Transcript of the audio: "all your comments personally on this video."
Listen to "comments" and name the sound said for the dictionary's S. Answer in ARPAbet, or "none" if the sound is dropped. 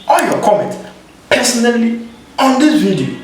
none